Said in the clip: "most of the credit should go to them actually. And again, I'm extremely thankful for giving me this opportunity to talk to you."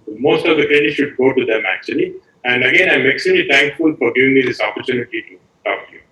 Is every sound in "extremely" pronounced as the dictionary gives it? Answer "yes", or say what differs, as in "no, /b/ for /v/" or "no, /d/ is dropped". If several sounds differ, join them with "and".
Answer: no, /m/ is dropped